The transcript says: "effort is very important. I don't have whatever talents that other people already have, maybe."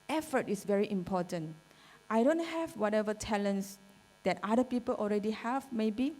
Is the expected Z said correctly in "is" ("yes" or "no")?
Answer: no